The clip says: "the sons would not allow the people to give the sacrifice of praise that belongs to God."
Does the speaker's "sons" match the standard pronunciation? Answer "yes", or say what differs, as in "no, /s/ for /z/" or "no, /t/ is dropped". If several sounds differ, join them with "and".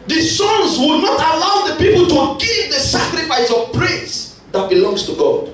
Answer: no, /l/ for /n/